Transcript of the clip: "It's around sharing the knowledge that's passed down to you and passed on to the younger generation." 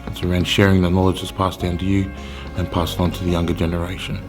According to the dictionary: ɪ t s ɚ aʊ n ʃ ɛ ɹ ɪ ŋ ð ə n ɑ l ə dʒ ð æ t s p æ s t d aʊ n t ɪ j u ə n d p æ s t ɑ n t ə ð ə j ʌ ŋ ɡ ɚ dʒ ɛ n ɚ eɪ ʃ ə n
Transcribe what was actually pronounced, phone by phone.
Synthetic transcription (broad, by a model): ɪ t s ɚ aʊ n ʃ ɛ ɹ ɪ ŋ ð ə n ɑ l ə dʒ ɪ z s p æ s t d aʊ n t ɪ j u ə n p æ s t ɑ n t ə ð ə j ʌ ŋ ɡ ɚ dʒ ɛ n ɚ eɪ ʃ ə n